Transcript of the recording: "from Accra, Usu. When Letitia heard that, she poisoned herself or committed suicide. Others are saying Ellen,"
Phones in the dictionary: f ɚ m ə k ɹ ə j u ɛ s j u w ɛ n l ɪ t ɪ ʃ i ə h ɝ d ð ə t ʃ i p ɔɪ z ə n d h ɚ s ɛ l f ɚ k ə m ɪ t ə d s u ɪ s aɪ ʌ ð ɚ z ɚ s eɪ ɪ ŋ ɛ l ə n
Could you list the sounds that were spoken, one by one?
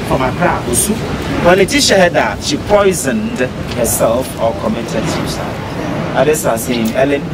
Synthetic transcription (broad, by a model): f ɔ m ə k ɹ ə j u s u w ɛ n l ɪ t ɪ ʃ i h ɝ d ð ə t ʃ i p ɔɪ z ə n d h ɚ s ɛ l f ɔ k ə m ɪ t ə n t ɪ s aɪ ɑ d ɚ s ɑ s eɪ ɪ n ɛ l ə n